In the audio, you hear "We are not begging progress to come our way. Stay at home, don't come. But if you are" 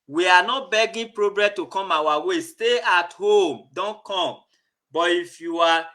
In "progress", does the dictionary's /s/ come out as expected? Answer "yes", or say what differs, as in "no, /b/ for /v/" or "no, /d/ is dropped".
no, /s/ is dropped